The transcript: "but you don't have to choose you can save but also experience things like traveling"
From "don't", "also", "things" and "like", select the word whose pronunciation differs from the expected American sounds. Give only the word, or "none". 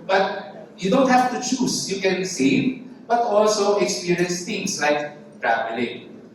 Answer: things